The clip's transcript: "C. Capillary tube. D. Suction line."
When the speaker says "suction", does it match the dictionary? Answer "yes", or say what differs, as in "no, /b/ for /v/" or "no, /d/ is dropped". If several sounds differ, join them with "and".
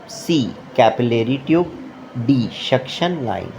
no, /ʃ/ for /s/